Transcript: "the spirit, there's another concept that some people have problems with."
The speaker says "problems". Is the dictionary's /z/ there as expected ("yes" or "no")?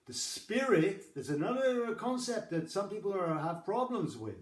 yes